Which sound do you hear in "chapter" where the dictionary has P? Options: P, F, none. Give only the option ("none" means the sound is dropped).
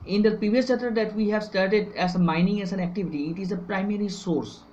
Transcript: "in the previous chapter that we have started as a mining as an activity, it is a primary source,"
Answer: none